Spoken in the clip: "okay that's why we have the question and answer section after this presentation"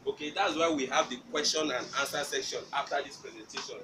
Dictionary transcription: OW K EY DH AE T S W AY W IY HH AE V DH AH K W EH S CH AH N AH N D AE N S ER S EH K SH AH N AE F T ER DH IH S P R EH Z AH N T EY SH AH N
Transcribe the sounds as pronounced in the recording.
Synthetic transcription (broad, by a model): OW K EY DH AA T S W AY W IY HH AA V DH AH K W EH S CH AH N AH N D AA N S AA S EH K SH AH N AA F T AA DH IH S P R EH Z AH N T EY SH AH N